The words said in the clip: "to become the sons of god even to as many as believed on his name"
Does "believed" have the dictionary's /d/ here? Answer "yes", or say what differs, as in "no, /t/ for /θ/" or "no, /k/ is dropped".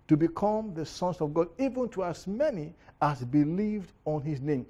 yes